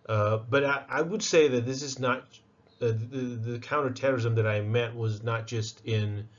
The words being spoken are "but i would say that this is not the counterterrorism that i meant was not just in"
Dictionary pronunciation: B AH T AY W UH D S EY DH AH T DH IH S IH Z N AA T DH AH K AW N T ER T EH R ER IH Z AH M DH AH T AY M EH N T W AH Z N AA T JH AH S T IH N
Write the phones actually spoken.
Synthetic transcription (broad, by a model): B AH T AY W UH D S EY DH AH T DH IH S IH Z N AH T DH AH K AW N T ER T EH R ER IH Z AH M DH AH T AY M EH T W AH Z N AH T JH AH S T IH N